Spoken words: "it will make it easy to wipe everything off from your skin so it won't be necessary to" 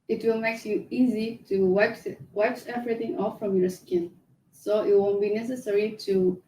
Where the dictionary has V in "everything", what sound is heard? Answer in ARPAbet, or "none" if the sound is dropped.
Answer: V